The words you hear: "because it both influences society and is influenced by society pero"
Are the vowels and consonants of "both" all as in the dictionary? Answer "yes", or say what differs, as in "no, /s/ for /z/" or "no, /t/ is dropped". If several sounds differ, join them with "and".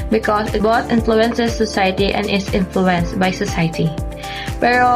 no, /t/ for /θ/